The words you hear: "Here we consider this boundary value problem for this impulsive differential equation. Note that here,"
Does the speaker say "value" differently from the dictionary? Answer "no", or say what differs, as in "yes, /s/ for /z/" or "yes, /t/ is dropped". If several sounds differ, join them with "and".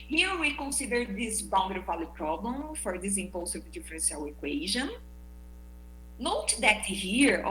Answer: yes, /p/ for /v/